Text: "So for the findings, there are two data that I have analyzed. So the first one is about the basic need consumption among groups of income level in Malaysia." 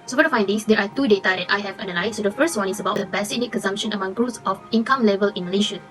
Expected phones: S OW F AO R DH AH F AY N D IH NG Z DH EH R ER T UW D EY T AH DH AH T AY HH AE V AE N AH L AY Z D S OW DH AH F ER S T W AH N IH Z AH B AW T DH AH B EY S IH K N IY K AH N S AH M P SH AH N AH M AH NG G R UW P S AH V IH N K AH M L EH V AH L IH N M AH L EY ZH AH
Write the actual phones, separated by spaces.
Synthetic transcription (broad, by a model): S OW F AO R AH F AY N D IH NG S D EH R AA T UW D EY T AH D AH T AY HH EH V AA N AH L AY S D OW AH F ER S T W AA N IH S AH B AW T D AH B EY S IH N IY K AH N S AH M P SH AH N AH M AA NG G R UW S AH F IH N K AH M L EH V AH L IH N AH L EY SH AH